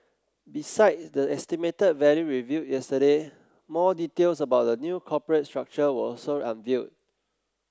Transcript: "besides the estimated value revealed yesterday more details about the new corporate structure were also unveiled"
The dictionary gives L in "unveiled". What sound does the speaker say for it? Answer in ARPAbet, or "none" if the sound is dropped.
none